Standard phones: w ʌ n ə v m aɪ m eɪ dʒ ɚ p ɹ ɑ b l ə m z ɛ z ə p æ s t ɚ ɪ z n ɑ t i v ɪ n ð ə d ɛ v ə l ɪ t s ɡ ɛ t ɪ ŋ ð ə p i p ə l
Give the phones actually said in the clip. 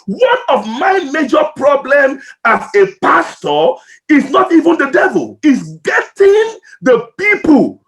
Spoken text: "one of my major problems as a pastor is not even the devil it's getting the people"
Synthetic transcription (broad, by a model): w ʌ n ə v m aɪ m eɪ dʒ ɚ p ɹ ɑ b l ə m ɑ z ə p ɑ s t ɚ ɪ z n ɑ t i v ɪ n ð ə d ɛ v ə l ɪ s ɡ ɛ t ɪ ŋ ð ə p i p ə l